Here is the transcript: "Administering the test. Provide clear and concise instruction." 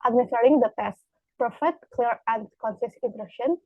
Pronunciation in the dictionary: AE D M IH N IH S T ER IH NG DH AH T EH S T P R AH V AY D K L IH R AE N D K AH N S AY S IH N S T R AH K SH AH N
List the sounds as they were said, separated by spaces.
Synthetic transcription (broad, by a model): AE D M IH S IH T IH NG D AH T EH S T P R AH F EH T K L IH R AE N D K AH N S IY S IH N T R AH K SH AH N